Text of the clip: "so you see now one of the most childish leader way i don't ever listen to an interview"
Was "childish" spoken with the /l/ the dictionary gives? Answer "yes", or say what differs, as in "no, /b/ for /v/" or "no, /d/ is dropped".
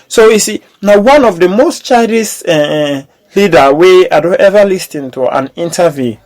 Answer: no, /l/ is dropped